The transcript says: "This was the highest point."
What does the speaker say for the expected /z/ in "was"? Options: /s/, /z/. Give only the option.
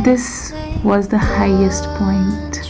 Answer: /z/